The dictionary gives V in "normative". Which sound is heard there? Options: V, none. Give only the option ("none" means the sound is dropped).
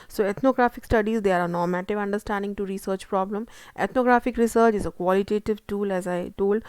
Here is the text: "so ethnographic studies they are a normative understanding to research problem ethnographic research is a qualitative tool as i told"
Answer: V